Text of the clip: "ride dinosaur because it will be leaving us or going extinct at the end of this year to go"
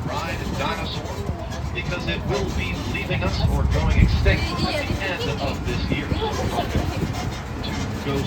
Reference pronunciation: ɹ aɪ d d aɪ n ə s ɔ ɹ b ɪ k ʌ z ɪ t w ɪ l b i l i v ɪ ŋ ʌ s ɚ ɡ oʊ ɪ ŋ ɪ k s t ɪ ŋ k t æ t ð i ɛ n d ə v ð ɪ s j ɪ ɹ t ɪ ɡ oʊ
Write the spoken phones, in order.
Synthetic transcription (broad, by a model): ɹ aɪ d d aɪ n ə s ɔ ɹ b ɪ k ʌ z ɪ t w ɪ l b i l i v ɪ ŋ ʌ s ɚ ɡ oʊ ɪ ŋ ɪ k s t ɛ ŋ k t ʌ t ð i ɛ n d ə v ð ɪ s j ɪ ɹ t ɪ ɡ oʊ